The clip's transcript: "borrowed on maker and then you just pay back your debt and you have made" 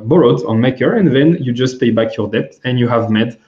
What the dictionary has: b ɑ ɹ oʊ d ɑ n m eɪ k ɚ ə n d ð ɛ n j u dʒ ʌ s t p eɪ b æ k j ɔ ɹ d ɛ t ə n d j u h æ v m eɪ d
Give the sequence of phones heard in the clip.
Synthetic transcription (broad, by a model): b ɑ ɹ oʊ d ɑ n m eɪ k ɚ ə n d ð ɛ n j u dʒ ʌ s t p eɪ b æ k j ɔ ɹ d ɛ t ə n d j u h æ v m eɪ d